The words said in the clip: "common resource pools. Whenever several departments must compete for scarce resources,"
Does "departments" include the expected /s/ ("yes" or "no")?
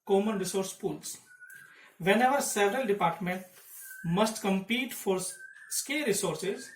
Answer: no